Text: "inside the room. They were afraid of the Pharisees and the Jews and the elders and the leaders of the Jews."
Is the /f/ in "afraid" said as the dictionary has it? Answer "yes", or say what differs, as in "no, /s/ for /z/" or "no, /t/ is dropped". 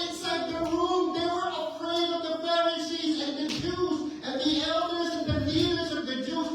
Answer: no, /p/ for /f/